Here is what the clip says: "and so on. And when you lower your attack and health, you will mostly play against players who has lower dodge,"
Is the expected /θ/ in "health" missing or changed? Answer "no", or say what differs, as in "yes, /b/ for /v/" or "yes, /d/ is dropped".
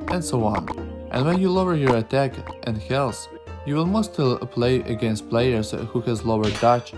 yes, /s/ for /θ/